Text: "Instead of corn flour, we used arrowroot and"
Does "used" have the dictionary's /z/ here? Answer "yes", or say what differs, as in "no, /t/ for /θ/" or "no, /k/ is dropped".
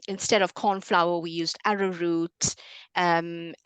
yes